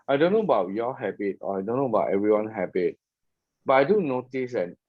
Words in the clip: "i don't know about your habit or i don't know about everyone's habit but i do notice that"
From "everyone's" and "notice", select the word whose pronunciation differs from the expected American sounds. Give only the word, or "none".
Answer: everyone's